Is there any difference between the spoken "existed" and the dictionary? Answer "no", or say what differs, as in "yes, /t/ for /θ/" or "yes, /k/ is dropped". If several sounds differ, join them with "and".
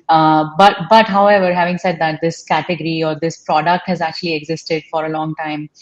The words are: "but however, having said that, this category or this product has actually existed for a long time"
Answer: no